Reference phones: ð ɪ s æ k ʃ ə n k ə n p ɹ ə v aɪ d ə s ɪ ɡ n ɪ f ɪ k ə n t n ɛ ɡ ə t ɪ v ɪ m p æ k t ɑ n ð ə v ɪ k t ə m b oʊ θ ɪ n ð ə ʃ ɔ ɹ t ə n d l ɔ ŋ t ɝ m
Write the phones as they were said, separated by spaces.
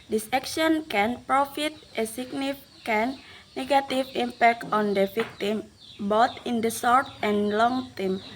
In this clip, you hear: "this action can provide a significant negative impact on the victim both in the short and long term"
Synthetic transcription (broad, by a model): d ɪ s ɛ k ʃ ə n k ə n p ɹ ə f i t ə s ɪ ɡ n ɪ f k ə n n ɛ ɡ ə t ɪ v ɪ m p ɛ k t ɑ n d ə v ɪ k t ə m b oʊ t ɪ n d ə s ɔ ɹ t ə n l ɔ ŋ t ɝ m